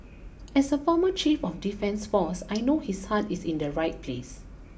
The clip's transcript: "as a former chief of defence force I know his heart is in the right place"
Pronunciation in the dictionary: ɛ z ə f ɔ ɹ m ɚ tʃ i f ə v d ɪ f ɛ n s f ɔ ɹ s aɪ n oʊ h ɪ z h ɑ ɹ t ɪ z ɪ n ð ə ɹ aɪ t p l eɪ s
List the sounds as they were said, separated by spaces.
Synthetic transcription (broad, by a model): ɛ s ə f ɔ m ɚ tʃ i f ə f d ɪ f ɛ n s f ɔ s aɪ n oʊ h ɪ s h ɑ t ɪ s ɪ n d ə ɹ aɪ t p l eɪ s